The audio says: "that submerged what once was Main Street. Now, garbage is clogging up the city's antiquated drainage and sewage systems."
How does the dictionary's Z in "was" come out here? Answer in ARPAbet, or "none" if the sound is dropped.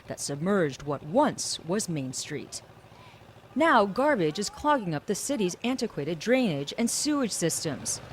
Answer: Z